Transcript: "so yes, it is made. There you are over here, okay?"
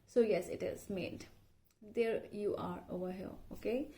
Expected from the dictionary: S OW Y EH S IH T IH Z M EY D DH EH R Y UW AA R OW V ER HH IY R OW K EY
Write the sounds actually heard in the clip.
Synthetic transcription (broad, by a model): S OW Y EH S IH T IH Z M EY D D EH R Y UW AA R OW V ER HH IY L OW K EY